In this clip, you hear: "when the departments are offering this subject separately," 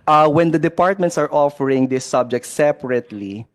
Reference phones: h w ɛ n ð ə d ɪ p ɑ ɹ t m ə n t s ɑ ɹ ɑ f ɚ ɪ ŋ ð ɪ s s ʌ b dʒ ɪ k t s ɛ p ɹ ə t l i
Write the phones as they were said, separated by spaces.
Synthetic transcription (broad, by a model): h w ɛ n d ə d ɪ p ɑ ɹ t m ə n t s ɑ ɹ ɑ f ɚ ɪ ŋ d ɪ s s ʌ b dʒ ɪ k t s ɛ p ɹ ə t l i